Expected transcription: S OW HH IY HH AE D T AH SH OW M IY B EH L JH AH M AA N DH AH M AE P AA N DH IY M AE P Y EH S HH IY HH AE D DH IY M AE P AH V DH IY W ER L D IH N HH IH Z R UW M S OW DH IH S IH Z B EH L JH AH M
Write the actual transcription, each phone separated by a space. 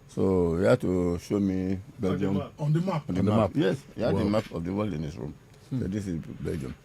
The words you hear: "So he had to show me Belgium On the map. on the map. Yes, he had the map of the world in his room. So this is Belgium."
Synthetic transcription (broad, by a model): S OW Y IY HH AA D T AH SH OW M IY B EH L JH AH M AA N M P AA N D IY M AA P Y EH S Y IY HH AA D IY M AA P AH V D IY W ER L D IH N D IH S R UW M S OW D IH S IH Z B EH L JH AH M